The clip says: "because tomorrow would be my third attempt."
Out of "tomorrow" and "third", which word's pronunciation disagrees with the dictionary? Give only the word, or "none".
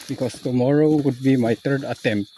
third